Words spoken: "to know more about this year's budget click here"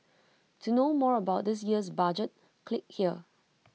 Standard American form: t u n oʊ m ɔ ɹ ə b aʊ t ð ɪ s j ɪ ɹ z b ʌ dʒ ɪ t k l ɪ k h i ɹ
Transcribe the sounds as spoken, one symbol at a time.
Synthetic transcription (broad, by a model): t u n oʊ m ɔ ɹ ə b aʊ t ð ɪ s j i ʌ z b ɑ dʒ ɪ t k l ɪ k h i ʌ